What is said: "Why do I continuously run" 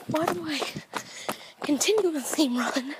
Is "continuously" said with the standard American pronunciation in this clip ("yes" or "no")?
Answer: no